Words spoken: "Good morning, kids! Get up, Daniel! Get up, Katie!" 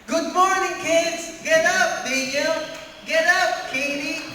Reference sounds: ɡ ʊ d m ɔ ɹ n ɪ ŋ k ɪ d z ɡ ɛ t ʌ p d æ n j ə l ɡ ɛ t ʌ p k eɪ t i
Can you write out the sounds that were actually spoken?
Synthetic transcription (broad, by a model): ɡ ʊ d m ɔ ɹ n ɪ ŋ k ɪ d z ɡ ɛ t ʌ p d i j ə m ɡ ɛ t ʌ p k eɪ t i